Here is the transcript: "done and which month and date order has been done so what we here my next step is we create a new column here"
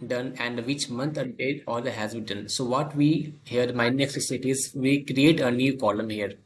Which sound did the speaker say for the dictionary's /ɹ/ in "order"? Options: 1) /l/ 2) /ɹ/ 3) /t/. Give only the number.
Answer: 1